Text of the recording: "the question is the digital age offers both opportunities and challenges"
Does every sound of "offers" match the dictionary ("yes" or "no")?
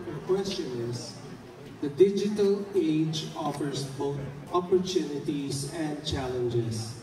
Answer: no